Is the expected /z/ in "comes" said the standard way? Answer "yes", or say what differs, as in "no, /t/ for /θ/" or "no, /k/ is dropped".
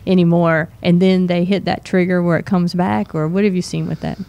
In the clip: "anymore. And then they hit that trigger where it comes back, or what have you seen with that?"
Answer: yes